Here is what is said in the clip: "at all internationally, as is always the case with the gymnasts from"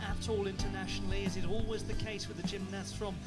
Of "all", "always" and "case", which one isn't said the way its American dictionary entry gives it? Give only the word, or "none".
none